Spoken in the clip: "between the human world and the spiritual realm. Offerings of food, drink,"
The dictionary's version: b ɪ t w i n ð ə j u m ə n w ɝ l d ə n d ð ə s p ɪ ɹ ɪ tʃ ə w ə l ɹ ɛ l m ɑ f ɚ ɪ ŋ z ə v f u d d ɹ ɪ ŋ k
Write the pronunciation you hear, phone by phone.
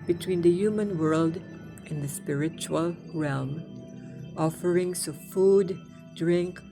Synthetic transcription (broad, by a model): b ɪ t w i n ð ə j u m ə n w ɝ l d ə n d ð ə s p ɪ ɹ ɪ tʃ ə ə l ɹ ɛ l m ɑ f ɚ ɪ ŋ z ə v f u d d ɹ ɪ ŋ k